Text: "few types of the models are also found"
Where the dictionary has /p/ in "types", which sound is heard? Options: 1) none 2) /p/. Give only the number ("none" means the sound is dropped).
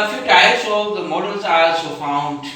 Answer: 1